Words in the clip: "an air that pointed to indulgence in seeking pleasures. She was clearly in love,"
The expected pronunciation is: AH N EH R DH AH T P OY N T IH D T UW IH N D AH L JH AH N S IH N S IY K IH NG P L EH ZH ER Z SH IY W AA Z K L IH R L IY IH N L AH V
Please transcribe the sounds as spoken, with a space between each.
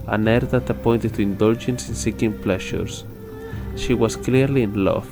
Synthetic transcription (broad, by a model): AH N EH R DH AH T P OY N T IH T UW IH N D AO L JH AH N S IH N S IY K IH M P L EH SH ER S SH IY W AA S K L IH R L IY N L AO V